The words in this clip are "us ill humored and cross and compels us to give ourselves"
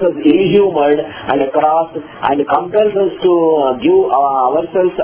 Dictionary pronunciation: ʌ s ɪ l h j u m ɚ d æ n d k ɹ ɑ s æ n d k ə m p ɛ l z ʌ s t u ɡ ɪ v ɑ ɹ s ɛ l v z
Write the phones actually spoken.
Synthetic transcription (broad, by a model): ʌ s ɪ n h j u m ɚ d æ n d k ɹ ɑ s æ n d k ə m p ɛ l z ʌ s t u ɡ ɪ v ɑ ɹ s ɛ l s